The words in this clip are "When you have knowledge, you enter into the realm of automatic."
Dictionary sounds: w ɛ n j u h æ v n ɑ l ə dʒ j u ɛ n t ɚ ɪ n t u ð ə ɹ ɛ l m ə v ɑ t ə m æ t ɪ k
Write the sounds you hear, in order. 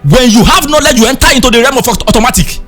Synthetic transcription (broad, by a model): w ɛ n j u h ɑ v n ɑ l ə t j u ɛ n t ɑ ɪ n t u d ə ɹ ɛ m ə f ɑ t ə m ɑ t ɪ k